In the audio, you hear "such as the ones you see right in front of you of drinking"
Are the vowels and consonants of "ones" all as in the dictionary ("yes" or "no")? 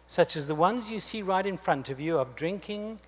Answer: yes